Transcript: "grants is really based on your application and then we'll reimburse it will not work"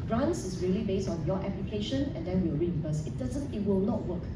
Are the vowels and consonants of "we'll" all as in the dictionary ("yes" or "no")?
no